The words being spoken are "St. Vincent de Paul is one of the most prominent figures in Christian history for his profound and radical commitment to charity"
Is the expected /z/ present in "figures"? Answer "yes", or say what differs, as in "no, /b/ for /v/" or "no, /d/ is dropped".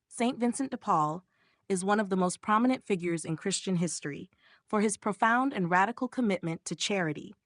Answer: yes